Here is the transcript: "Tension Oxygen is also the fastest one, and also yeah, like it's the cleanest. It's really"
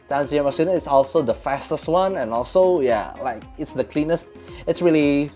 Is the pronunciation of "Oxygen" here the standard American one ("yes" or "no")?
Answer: no